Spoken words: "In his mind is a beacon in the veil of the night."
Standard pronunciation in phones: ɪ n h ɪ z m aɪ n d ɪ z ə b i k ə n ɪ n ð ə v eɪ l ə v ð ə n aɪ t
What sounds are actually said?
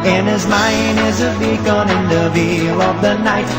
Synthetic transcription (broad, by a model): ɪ n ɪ z m aɪ n d ɪ z ə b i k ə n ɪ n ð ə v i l ə v ð ə n aɪ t